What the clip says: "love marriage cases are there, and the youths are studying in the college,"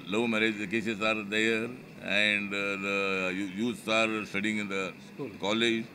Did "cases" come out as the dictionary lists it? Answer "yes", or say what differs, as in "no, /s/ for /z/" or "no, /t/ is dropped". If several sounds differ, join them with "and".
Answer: no, /s/ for /z/